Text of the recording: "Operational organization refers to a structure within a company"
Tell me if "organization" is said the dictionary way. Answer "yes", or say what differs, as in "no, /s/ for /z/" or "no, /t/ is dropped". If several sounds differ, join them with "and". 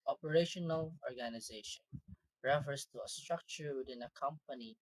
yes